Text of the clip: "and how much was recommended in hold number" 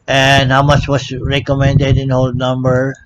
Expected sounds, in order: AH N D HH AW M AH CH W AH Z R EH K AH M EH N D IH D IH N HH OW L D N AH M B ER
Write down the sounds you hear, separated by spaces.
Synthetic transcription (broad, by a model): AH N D HH AW M AH CH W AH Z R EH K AH M EH N D IH D IH N HH OW L D N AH M B ER